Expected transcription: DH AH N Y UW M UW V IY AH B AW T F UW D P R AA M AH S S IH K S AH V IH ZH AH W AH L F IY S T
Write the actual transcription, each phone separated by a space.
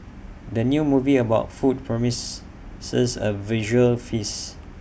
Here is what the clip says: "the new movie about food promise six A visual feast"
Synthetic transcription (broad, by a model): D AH N Y UW M UW V IY AH B AW T F UW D P R AA M AH S S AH S AH V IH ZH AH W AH L F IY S